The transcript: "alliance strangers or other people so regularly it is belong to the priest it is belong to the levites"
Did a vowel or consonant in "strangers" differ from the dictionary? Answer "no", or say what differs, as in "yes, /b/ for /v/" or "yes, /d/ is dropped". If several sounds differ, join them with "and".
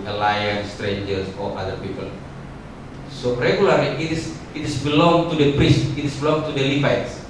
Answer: yes, /s/ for /z/